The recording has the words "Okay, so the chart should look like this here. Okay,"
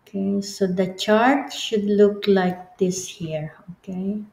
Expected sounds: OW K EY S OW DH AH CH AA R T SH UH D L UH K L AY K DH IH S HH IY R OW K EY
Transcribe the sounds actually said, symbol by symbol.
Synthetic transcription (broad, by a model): K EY S OW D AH CH AA R T SH UH D L UH K L AY K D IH S HH IY R OW K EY